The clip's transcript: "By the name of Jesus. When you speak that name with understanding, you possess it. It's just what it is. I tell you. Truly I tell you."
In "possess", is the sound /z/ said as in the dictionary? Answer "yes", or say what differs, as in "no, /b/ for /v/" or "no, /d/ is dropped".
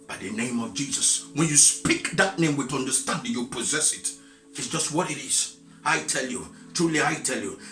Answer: yes